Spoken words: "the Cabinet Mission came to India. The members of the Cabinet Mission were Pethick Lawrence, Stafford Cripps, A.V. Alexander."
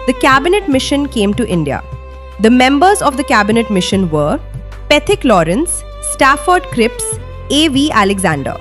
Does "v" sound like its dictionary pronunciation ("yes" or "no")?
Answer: yes